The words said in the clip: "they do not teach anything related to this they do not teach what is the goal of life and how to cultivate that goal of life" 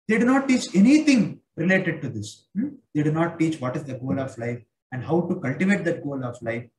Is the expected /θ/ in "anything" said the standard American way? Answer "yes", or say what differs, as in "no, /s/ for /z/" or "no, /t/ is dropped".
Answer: no, /t/ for /θ/